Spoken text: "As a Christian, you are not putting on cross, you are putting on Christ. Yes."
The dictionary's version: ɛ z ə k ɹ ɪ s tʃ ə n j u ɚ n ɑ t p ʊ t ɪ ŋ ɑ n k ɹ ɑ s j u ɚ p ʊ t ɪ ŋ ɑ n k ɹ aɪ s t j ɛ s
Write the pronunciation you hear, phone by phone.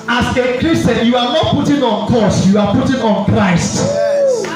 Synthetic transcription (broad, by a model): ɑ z ə k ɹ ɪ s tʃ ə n j u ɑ n ɑ t p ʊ t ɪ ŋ ɑ n k ɑ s j u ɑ p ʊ t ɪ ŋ ɑ n k ɹ aɪ s t